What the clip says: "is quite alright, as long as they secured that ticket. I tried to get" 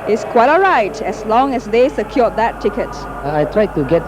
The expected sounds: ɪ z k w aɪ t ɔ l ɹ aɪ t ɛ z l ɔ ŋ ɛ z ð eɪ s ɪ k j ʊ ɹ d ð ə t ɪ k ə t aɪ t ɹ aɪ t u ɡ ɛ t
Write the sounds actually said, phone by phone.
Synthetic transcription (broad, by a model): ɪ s k w aɪ t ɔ ɹ aɪ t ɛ s l ɔ ŋ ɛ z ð eɪ s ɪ k j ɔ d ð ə t ɪ k ə t aɪ t ɹ aɪ t u ɡ ɛ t